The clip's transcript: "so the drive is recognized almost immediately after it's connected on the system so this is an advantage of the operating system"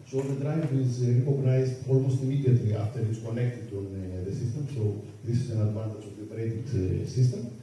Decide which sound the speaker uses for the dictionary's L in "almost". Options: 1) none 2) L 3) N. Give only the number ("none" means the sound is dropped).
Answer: 2